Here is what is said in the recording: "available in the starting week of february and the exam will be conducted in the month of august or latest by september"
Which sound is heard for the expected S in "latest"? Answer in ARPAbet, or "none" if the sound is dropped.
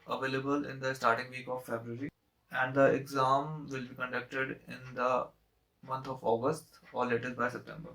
none